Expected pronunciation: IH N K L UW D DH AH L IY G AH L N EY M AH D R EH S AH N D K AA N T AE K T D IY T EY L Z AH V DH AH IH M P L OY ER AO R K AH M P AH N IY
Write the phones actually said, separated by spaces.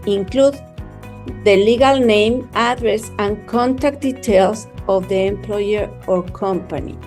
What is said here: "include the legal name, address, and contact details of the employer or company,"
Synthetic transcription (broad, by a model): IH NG K L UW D DH AH L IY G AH L N EY M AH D R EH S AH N K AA N T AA K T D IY T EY L S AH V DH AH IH M P L OY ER AO R K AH M P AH N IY